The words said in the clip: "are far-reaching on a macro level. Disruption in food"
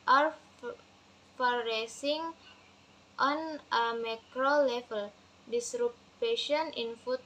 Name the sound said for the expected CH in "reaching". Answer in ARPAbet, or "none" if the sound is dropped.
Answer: S